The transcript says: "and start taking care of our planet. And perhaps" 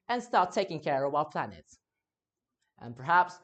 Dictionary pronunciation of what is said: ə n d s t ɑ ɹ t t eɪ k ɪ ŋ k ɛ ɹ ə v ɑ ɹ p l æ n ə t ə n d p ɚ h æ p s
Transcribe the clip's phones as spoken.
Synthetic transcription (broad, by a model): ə n s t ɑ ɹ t t eɪ k ɪ ŋ k ɛ ɹ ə w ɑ l p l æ n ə t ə n p ɚ h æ p s